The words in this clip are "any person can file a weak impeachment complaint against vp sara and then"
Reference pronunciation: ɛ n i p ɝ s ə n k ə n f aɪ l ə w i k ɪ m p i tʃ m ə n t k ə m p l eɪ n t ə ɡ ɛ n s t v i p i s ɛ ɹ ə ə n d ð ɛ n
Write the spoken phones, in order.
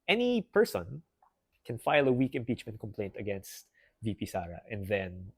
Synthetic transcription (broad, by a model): ɛ n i p ɝ s ə n k ə n f aɪ l ə w i k ɪ m p i tʃ m ə n t k ə m p l eɪ n t ə ɡ ɛ n s t v i p i s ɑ ɹ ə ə n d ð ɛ n